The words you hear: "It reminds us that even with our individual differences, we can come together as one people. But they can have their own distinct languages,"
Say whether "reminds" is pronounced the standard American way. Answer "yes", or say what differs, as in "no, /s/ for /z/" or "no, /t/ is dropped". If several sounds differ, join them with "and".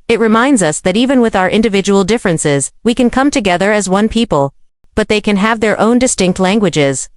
yes